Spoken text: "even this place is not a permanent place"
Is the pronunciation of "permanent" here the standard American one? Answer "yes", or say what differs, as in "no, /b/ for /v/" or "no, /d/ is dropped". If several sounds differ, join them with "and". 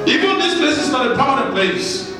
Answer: no, /m/ is dropped